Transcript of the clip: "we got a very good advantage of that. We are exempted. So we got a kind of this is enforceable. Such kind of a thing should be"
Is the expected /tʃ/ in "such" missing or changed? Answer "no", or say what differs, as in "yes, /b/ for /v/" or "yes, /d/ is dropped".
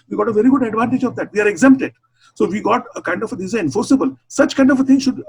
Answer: no